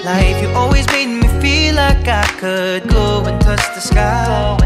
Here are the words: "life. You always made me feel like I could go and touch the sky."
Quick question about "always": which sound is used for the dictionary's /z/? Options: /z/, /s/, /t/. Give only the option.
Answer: /z/